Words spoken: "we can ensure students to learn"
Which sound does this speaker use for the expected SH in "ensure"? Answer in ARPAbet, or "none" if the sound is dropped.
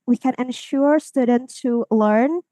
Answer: SH